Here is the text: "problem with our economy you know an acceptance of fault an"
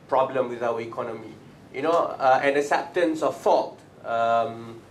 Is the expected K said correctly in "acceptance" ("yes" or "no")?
no